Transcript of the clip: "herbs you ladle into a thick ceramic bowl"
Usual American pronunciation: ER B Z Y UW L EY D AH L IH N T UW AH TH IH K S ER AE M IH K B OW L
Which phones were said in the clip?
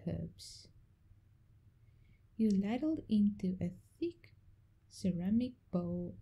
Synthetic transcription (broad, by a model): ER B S Y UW L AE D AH L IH N T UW AH TH IH K S ER AE M IH K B OW